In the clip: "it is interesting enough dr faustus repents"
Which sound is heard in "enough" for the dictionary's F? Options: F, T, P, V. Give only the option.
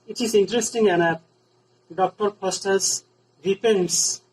P